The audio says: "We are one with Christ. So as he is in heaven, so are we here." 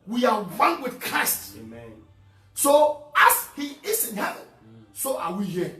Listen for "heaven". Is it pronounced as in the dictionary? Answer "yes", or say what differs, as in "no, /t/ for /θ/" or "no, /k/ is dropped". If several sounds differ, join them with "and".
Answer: yes